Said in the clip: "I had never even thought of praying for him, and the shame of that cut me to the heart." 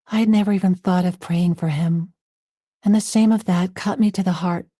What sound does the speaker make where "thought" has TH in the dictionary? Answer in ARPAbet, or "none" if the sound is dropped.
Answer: TH